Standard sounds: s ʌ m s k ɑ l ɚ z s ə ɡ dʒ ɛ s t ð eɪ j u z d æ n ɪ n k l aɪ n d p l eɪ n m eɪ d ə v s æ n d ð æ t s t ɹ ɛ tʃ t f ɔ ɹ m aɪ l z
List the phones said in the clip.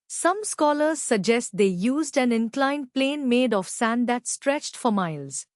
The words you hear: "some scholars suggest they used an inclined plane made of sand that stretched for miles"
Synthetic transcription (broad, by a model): s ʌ m s k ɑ l ɚ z s ə ɡ dʒ ɛ s t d eɪ j u z d æ n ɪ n k l aɪ n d p l eɪ n m eɪ d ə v s æ n d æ t s t ɹ ɛ tʃ t f ɔ ɹ m aɪ l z